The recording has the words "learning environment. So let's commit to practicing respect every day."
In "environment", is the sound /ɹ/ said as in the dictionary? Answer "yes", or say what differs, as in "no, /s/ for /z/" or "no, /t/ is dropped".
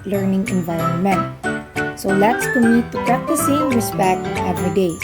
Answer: no, /l/ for /ɹ/